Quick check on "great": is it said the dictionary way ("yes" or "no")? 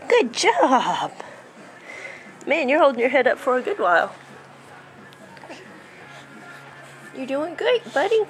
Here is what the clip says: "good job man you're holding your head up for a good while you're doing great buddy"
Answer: no